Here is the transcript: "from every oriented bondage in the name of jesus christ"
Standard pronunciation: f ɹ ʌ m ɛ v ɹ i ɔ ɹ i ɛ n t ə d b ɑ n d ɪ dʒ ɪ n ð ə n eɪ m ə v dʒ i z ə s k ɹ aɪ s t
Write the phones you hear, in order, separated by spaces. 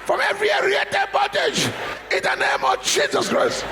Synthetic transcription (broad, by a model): f ɹ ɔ m ɛ v ɹ i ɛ ɹ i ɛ t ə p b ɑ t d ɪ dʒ ɪ n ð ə n eɪ m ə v dʒ i z ə s k ɹ aɪ s t